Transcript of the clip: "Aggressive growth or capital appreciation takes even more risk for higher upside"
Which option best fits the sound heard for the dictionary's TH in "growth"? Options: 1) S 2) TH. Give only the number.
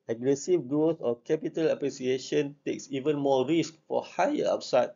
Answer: 1